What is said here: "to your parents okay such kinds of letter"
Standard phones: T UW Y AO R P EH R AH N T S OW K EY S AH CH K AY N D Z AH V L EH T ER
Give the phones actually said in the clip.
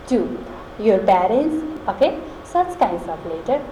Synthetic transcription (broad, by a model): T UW Y AO R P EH R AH N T S OW K EY S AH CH K AY N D S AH P L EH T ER